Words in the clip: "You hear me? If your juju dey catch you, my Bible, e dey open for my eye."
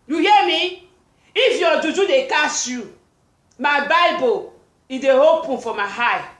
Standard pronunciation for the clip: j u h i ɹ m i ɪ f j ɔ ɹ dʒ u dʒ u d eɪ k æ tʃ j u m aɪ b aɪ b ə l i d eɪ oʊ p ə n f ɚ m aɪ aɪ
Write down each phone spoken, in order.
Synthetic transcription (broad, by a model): j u h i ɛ m i ɪ f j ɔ dʒ u dʒ u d eɪ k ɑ s j u m aɪ b aɪ b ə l i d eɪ oʊ p ə n f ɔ m aɪ aɪ